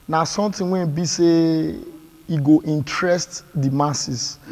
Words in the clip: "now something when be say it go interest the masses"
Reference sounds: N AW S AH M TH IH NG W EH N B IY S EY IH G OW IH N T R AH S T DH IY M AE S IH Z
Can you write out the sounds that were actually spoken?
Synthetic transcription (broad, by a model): N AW S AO M T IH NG W EH N B IY S EY IH G OW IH N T R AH S T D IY M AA S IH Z